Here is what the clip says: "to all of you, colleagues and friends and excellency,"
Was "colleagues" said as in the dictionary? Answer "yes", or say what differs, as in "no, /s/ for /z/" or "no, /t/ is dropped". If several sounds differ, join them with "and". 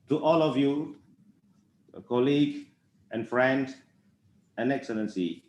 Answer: no, /z/ is dropped